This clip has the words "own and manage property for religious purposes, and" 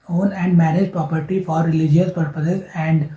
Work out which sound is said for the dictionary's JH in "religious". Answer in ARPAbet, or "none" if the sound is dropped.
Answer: JH